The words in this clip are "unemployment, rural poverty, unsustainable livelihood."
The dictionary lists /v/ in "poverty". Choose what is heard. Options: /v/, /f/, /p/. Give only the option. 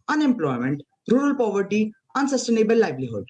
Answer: /v/